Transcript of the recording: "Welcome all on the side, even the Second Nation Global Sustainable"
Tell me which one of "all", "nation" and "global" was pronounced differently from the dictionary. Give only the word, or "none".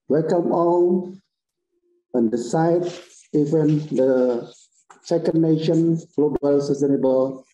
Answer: all